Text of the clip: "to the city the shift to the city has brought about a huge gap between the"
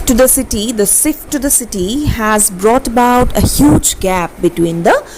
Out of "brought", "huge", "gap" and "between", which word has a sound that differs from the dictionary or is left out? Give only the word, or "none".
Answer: none